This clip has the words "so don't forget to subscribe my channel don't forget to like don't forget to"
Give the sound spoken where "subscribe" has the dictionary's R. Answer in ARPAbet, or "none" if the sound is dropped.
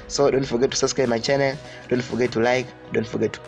none